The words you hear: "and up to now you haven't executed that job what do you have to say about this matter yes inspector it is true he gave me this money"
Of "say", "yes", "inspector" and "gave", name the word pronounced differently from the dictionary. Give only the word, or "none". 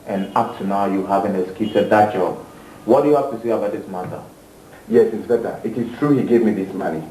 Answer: inspector